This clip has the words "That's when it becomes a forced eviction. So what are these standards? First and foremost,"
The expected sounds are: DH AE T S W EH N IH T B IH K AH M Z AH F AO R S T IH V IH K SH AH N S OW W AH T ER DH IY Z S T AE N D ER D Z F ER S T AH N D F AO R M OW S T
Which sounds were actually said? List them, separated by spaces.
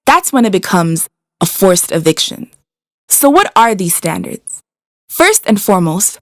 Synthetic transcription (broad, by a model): DH AE T S W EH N IH T B IH K AH M Z AH F AO R S T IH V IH K SH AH N S OW W AH T ER DH IY Z S T AE N D ER D Z F ER S T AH N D F AO R M OW S T